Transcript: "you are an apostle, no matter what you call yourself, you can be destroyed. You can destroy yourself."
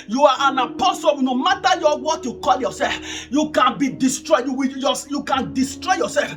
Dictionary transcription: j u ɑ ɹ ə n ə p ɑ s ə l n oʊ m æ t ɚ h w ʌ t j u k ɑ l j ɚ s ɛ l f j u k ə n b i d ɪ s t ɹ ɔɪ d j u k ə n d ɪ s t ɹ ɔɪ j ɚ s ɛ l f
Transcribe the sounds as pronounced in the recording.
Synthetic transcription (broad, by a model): j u ɑ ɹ ə n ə p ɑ s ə w n oʊ m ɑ t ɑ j w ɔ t j u k ɑ l j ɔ s ɛ l f j u k ə n b i d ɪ s t ɹ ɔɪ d j u k ə n d ɪ s t ɹ ɔɪ j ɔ s ɛ l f